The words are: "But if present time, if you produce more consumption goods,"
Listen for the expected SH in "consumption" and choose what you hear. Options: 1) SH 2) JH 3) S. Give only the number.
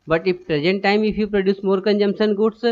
3